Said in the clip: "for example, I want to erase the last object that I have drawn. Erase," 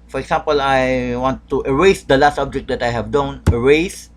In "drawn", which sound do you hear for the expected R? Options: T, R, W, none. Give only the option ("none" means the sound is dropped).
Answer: none